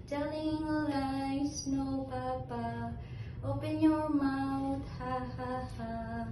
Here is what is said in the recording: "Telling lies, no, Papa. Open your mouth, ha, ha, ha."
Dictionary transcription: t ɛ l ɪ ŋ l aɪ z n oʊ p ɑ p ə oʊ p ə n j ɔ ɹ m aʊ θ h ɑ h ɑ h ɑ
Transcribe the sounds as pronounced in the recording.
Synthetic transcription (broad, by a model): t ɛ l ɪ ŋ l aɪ s n oʊ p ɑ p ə oʊ p ə n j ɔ m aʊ t h ɑ h ɑ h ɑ